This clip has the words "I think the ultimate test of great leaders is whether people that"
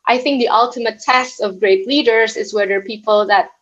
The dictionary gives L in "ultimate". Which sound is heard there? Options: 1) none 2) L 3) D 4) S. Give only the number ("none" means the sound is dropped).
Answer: 2